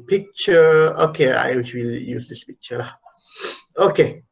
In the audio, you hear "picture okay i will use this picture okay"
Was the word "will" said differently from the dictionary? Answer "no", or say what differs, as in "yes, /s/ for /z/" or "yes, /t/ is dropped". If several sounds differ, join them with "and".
yes, /w/ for /l/